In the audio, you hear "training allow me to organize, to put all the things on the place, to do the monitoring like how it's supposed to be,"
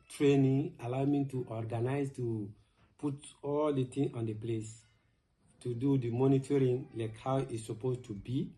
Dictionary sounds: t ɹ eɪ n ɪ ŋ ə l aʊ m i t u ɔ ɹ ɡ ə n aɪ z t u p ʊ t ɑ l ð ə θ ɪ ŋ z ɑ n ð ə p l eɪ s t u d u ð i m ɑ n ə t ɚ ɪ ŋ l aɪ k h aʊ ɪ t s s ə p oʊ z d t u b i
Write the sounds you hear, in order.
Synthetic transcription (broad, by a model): t ɹ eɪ n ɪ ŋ ə l aʊ m i t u ɔ ɹ ɡ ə n aɪ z t u p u t ɑ l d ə t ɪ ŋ ɑ n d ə p l eɪ s t u d u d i m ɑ n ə t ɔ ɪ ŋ l aɪ k h aʊ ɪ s s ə p oʊ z t u b i